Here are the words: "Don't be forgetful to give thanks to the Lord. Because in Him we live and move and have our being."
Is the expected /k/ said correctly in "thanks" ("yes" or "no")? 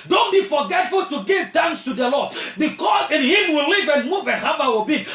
no